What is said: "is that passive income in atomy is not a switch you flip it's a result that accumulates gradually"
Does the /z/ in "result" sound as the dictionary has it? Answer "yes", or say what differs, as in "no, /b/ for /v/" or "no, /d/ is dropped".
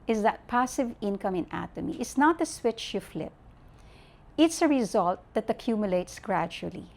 yes